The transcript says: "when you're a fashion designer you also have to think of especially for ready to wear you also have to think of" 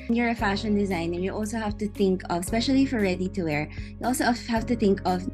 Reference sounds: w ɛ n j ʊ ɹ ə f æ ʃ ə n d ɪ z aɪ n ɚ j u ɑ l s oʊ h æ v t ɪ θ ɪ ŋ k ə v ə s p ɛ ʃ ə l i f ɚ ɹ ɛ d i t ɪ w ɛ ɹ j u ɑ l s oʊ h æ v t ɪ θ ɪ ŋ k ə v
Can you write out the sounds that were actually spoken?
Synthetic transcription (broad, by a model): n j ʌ ɹ ə f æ ʃ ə n d ɪ z aɪ n ɚ j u ɑ l s oʊ h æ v t ɪ θ ɪ ŋ k ə v s p ɛ ʃ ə l i f ɚ ɹ ɛ d i t ɪ w ɛ ɹ j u ɑ l s oʊ h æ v t ɪ θ ɪ ŋ k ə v